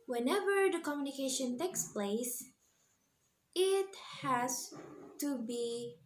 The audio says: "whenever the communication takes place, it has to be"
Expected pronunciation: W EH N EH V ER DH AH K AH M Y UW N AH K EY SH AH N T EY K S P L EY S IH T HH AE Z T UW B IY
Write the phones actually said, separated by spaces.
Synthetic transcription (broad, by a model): W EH N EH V ER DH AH K AH M Y UW N AH K EY SH AH N T EY K S P L EY S IH T HH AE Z T UW B IY